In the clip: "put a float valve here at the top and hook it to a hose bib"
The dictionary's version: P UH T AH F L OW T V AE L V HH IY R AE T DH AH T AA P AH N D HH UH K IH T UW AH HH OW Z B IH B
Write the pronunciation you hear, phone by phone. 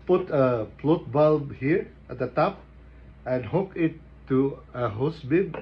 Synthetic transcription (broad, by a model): P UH T AH P L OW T B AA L HH IY R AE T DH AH T AA P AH N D HH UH K IH T UW AH HH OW S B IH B